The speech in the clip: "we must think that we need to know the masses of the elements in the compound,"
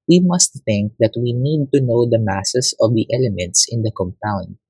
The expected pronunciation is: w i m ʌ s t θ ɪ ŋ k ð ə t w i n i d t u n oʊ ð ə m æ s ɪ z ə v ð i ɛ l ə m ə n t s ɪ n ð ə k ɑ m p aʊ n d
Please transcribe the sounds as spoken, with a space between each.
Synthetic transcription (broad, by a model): w i m ʌ s t θ ɪ ŋ k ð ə t w i n i d t u n oʊ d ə m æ s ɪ s ə v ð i ɛ l ə m ə n t s ɪ n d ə k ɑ m p aʊ n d